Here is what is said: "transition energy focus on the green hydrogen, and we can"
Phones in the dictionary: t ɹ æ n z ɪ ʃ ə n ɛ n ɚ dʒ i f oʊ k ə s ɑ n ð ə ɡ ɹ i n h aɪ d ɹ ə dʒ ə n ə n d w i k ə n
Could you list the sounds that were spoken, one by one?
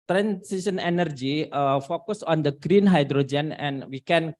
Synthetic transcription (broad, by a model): t ɹ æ n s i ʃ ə n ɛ n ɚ dʒ i f oʊ k ə s ɑ n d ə ɡ ɹ i n h aɪ d ɹ ə dʒ ə n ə n w i k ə n